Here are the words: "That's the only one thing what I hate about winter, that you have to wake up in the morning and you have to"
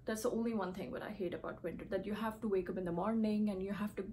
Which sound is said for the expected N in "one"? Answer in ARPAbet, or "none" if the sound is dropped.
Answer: N